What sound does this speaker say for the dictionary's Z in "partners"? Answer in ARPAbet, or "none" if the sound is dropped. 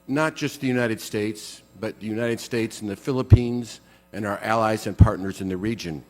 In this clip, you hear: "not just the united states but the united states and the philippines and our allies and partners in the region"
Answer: Z